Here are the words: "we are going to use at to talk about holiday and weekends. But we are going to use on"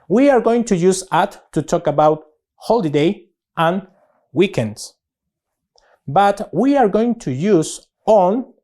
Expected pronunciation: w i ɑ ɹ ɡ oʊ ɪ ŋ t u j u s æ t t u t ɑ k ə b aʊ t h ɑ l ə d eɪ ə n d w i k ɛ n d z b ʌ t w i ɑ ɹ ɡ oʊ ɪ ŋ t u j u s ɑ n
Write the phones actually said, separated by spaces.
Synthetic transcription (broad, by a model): w i ɑ ɹ ɡ oʊ ɪ ŋ t u j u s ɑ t t u t ɑ k ə b aʊ t h ɑ l ə d eɪ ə n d w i k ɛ n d s b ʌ t w i ɑ ɹ ɡ oʊ ɪ ŋ t u j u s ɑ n